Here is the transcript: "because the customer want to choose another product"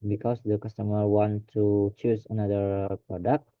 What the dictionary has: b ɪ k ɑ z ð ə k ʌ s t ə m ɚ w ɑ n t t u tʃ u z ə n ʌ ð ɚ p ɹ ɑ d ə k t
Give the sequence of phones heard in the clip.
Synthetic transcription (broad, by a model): b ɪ k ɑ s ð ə k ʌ s t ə m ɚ w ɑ n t t u tʃ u s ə n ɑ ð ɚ p ɹ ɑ d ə k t